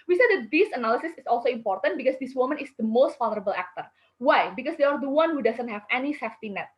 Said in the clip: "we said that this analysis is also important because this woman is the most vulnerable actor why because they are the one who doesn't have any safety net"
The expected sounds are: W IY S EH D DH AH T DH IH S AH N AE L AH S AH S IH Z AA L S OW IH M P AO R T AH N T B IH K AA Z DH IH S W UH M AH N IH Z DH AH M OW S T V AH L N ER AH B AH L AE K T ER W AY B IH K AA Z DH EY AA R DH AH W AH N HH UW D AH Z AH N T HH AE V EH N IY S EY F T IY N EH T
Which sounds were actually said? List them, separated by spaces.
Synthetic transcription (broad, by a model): W IY S EH D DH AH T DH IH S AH N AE L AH S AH S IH S AA L S OW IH M P AO R T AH N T B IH K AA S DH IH S W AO M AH N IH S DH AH M OW S T F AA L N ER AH B AH L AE K T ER W AY B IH K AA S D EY AA R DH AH W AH N HH UW D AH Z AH N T HH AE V EH N IY S EY F T IY N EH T